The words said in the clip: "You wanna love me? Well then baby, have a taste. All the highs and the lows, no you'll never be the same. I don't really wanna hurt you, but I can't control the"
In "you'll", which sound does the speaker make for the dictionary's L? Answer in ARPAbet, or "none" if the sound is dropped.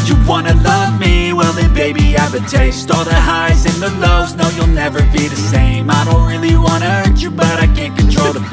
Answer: L